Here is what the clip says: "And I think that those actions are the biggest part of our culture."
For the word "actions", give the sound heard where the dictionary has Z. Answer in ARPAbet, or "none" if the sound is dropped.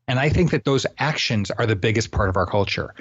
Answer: Z